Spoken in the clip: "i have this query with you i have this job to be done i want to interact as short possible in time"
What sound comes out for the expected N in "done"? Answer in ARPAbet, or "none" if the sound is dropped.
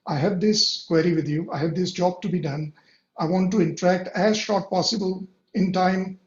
N